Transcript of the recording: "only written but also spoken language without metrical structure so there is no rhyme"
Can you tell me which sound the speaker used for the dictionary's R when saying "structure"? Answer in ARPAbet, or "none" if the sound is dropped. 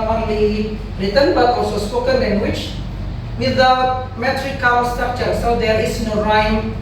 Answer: none